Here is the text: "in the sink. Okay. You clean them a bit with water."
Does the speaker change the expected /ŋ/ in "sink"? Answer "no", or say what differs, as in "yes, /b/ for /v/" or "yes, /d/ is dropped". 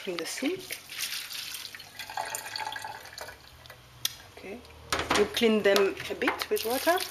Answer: yes, /ŋ/ is dropped